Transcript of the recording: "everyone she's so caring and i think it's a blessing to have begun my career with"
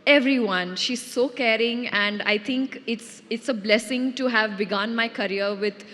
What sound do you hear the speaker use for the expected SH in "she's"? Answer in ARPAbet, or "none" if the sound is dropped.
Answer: SH